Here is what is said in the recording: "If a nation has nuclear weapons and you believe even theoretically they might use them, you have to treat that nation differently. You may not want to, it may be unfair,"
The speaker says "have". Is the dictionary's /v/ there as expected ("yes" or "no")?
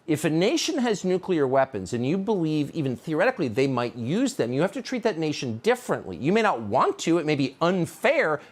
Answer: no